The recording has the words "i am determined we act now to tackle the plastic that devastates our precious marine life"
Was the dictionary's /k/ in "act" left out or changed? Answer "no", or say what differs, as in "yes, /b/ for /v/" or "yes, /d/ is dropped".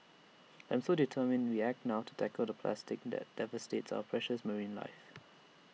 no